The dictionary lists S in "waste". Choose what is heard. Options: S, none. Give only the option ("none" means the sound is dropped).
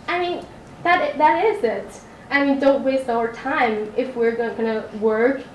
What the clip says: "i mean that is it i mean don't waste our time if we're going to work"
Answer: S